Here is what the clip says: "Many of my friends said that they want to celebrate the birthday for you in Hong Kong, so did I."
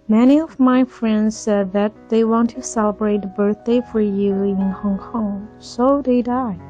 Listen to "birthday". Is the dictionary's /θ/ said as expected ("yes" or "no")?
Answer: yes